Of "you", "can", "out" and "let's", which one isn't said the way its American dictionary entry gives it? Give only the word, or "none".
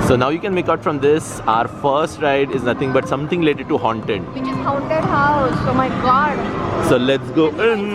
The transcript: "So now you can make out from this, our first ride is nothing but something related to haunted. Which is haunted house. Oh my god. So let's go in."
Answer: none